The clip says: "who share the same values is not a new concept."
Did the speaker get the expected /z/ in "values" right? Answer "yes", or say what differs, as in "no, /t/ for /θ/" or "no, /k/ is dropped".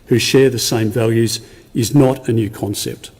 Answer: yes